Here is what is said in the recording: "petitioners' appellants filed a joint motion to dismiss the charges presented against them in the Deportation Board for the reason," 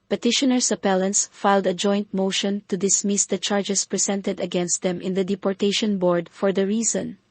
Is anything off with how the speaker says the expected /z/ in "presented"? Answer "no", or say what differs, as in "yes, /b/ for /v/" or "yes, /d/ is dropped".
yes, /s/ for /z/